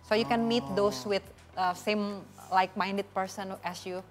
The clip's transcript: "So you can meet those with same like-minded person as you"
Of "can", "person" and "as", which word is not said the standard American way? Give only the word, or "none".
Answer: as